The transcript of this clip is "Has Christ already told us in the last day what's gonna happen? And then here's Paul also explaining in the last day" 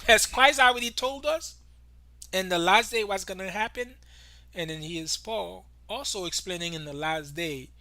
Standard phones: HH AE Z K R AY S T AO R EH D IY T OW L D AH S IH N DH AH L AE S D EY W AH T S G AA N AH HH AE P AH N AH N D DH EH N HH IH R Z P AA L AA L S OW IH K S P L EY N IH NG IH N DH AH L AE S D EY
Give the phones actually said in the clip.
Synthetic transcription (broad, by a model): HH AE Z K R AY S T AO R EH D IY T OW L D AH S IH N DH AH L AE S D EY W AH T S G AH N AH HH AE P AH N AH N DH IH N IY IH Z P AA L AA L S OW IH K S P L EY N IH NG IH N DH AH L AE S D EY